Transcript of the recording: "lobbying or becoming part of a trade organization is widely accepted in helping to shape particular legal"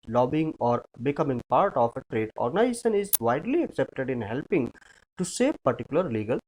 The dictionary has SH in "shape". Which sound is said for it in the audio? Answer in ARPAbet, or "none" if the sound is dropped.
S